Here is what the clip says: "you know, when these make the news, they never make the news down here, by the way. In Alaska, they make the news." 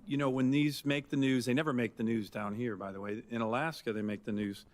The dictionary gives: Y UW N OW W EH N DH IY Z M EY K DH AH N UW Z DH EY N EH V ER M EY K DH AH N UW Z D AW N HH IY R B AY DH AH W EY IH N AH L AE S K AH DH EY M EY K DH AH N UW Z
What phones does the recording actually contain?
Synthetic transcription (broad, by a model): Y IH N OW W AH N DH IY Z M EY K DH AH N UW Z DH EY N EH V ER M EY K DH AH N UW Z D AW N HH IY R B AY DH AH W EY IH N AH L AE S K AH DH EY M EY K DH AH N UW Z